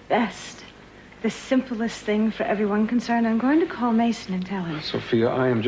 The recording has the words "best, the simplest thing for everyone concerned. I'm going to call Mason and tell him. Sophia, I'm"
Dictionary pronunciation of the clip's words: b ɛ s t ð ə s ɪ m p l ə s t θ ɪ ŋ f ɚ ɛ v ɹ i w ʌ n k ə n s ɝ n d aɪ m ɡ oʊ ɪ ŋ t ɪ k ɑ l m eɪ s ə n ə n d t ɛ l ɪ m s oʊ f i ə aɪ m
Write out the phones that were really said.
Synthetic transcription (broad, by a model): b ɛ s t ð ə s ɪ m p l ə s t θ ɪ ŋ f ɚ ɛ v ɹ i w ʌ n k ə n s ɝ n d aɪ m ɡ oʊ ɪ ŋ t ɪ k ɑ l m eɪ s ə n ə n t ɛ l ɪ s oʊ f i ə aɪ m